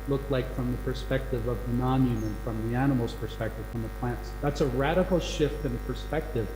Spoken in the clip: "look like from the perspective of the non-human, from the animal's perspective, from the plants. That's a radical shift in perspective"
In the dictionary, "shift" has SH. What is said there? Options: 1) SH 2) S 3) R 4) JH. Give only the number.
1